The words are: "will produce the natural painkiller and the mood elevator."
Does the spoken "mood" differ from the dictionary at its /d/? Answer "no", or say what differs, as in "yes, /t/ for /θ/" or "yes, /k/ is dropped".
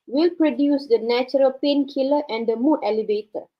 yes, /d/ is dropped